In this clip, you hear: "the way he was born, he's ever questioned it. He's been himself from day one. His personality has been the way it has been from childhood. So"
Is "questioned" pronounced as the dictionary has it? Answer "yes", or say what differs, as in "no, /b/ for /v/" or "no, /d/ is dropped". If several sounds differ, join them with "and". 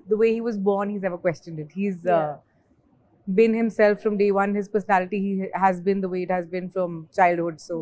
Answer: yes